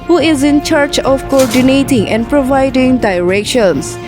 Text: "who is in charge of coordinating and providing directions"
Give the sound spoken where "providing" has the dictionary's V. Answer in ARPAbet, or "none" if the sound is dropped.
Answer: V